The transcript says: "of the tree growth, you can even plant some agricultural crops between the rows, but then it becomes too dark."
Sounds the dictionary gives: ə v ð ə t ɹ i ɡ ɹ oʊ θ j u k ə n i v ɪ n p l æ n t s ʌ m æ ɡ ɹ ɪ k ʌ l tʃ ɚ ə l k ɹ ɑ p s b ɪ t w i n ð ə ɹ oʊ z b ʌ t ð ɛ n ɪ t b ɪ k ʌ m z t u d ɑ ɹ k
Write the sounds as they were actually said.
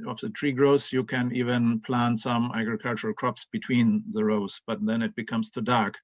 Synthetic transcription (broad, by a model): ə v ð ə t ɹ i ɡ ɹ oʊ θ j u k ə n i v ɪ n p l æ n t s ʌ m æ ɡ ɹ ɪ k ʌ l tʃ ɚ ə l k ɹ ɑ p s b ɪ t w i n ð ə ɹ oʊ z b ʌ t ð ɛ n ɪ t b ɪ k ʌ m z t u d ɑ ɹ k